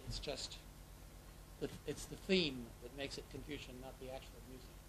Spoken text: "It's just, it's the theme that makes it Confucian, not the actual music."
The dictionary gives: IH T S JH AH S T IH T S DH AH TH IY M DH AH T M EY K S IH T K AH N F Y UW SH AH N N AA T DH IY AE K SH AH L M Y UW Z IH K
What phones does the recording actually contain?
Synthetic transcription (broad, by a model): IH T S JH AH S T IH T S DH AH TH IY M DH AH T M EY K S IH T K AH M F Y UW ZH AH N N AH T DH IY AE K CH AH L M Y UW Z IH K